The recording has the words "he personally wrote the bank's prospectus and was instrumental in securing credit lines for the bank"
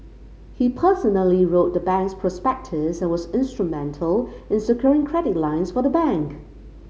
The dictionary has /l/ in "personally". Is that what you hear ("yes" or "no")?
yes